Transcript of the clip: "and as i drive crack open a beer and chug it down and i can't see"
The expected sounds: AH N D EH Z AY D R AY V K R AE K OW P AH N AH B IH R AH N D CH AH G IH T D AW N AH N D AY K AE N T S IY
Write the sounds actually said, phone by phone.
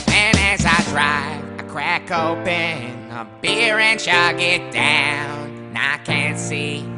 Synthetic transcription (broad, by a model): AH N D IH Z AY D R AY V K R AE K OW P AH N AH B IH R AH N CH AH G IH T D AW AH N AY K AE N T S IY